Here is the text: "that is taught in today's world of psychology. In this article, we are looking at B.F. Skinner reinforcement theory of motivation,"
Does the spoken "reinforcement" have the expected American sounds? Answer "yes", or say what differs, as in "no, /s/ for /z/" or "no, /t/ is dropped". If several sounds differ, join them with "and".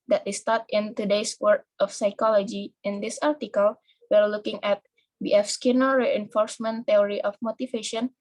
yes